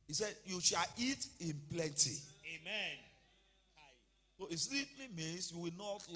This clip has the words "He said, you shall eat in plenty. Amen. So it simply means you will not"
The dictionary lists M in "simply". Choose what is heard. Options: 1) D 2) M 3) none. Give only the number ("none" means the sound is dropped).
3